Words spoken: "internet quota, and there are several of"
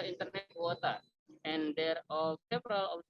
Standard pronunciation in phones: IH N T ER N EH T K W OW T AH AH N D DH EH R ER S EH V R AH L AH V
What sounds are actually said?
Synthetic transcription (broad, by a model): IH N T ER N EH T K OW T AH AH N D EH R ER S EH P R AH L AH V